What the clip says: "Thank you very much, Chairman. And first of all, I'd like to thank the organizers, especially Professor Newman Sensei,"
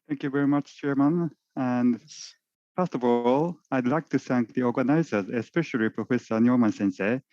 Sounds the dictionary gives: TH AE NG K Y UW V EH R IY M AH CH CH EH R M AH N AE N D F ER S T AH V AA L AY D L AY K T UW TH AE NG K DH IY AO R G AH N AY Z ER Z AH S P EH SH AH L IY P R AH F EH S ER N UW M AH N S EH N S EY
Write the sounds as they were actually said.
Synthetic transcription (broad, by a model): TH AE NG K Y UW V EH R IY M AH CH CH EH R M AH N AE N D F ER S T AH V AA L AY D L AY K T UW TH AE NG K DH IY AO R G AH N AY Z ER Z AH S P EH SH AH L IY P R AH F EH S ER N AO M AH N S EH N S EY